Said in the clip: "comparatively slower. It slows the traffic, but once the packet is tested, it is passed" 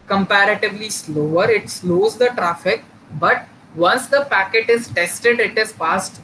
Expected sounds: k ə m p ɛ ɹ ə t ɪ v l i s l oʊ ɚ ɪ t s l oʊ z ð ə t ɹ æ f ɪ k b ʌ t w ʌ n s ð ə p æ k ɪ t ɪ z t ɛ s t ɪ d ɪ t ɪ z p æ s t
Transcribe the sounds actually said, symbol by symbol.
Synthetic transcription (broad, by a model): k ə m p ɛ ɹ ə t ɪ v l i s l oʊ ɚ ɪ t s l oʊ z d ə t ɹ æ f ɪ k b ʌ t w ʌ n s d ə p æ k ɪ t ɪ z t ɛ s t ɪ d ɪ t ɪ z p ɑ s t